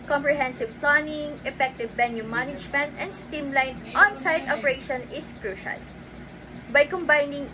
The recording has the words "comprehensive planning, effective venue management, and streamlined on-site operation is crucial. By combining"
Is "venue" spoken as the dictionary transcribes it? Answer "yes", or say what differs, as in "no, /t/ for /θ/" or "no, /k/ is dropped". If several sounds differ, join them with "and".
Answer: no, /b/ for /v/